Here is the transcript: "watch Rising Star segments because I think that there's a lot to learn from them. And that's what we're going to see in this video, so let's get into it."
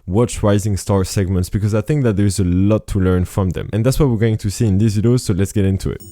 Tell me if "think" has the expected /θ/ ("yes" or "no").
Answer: yes